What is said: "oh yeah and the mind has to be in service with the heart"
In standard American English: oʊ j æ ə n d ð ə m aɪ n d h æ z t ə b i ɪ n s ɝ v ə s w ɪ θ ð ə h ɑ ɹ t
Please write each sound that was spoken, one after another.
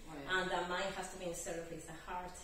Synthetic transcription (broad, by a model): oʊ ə n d ð ə m aɪ n d h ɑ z t ə b i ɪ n s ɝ ə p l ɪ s ð ə h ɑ ɹ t